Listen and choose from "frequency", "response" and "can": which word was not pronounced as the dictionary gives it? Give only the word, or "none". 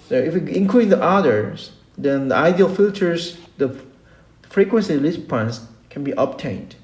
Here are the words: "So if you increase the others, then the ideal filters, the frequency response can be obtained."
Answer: response